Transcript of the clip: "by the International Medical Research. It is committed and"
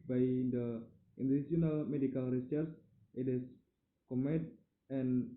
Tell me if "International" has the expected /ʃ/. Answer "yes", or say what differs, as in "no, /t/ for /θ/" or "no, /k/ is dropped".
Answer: no, /s/ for /ʃ/